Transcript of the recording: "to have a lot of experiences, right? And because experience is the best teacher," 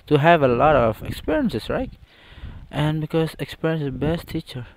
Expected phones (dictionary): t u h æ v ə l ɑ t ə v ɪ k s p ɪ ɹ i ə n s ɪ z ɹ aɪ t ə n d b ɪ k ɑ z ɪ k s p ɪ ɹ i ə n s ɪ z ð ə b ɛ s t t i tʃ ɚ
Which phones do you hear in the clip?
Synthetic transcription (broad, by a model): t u h æ v ə l ɑ t ə v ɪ k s p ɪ ɹ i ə n s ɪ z ɹ aɪ t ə n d b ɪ k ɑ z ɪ k s p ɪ ɹ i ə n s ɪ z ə b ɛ s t t i tʃ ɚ